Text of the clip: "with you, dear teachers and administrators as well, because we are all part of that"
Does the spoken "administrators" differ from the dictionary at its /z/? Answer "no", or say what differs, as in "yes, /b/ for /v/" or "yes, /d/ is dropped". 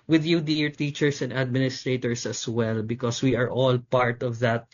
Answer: yes, /s/ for /z/